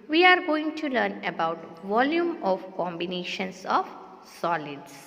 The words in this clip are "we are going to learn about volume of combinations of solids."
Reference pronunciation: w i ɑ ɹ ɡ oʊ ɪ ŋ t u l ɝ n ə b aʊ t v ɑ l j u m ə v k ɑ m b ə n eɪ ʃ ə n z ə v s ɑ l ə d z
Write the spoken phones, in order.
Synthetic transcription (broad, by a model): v i ɑ ɹ ɡ oʊ ɪ ŋ t u l ɝ n ə b aʊ t v ɑ l j u m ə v k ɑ m b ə n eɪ ʃ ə n s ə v s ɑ l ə d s